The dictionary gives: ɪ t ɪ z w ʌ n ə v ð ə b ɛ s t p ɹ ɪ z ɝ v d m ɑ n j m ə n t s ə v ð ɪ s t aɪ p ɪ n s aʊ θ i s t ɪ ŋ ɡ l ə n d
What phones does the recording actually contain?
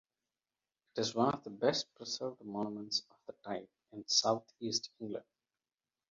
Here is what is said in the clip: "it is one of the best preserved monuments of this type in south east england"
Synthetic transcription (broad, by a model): ɪ t ɪ z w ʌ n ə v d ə b ɛ s t p ɹ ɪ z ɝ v d m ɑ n m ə n t s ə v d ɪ t aɪ p ɪ n s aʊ t i s t ɪ ŋ ɡ l ə n d